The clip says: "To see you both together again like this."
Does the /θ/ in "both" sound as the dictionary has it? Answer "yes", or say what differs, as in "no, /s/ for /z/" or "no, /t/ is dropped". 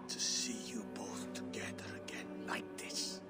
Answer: yes